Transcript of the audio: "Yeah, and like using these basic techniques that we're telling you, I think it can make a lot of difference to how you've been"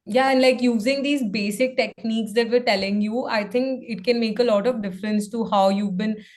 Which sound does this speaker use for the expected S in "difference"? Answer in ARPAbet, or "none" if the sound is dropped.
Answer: S